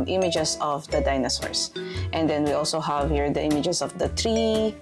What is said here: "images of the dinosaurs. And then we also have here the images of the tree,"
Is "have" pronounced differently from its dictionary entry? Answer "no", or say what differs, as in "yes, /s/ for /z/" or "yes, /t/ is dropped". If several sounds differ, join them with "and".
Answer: no